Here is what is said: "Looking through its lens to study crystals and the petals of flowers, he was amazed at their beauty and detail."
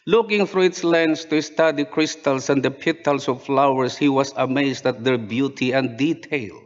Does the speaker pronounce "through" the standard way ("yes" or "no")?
no